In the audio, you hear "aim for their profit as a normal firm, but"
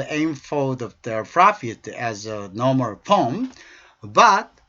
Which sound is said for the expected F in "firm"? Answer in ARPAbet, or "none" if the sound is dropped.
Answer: P